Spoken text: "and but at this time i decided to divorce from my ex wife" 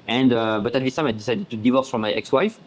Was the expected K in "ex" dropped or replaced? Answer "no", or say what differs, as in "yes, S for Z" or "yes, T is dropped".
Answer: no